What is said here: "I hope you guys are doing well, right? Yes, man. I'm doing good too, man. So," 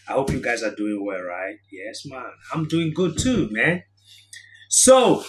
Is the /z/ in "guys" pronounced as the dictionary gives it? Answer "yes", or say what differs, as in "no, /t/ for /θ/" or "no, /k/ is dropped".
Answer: yes